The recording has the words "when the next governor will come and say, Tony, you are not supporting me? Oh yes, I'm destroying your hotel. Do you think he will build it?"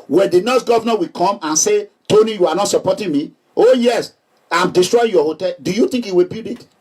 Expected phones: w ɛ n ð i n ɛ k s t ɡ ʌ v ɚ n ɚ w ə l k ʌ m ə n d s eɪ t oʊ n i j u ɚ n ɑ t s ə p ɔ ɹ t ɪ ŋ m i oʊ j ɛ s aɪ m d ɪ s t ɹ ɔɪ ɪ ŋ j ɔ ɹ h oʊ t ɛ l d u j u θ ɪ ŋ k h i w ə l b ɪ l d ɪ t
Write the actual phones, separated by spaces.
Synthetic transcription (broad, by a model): w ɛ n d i n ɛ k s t ɡ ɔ v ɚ n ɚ w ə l k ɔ m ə n s eɪ t oʊ n i j u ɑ n ɑ t s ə p ɔ t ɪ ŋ m i oʊ j ɛ s aɪ m d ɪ s t ɹ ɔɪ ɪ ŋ j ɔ h oʊ t ɛ l d u j u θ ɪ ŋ k h i w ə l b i d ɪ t